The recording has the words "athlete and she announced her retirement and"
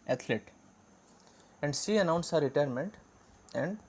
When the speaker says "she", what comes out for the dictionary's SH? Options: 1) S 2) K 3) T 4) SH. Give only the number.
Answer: 1